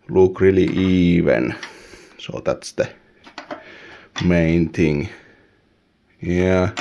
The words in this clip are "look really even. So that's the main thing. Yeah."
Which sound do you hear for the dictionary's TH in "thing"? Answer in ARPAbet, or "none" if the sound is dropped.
T